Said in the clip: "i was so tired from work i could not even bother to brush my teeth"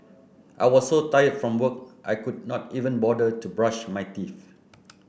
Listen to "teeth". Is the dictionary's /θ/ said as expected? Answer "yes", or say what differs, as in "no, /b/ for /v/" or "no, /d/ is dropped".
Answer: no, /f/ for /θ/